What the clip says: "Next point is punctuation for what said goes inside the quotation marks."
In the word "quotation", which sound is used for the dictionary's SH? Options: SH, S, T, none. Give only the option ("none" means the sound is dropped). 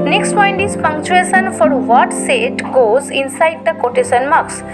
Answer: S